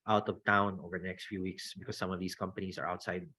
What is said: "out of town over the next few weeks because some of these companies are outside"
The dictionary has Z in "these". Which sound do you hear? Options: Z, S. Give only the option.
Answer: S